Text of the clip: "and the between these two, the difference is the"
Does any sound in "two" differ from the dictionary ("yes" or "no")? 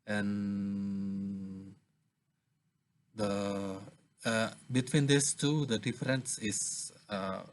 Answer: no